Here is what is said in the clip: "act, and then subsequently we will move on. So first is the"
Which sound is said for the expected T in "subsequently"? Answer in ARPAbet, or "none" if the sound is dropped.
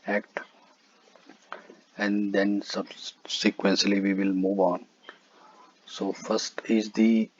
S